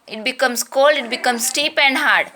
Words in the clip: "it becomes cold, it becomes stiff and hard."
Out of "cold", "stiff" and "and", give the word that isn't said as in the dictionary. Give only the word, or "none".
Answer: stiff